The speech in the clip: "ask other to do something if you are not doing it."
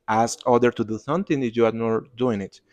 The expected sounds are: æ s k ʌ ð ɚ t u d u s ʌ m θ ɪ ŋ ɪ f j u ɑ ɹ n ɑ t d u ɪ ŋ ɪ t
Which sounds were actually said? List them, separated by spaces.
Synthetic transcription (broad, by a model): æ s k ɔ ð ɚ t u d u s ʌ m t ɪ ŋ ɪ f j u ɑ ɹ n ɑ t d u ɪ ŋ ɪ t